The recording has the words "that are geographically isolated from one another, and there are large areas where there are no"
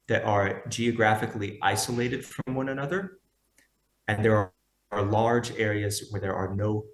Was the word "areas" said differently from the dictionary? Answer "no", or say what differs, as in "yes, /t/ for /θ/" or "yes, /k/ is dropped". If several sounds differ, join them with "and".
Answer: no